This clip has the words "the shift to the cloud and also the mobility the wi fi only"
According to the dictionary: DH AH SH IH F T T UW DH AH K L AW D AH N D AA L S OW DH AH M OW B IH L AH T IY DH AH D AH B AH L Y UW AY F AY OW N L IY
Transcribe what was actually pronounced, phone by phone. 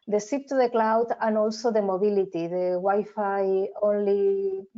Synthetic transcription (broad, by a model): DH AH S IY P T T UW DH AH K L AW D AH N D AA L S OW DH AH M OW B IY L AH T IY DH AH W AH Y F AY OW N L IY